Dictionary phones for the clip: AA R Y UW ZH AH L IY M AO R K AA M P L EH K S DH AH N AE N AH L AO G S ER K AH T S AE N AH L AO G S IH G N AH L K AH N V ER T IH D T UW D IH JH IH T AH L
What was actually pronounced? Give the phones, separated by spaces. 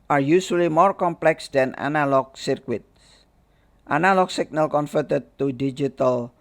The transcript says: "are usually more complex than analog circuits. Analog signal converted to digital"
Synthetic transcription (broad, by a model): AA R Y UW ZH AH L IY M AO R K AA M P L EH K S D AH N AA N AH L AO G S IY K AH T S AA N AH L AO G S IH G N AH L K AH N F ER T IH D T UW D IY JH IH T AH L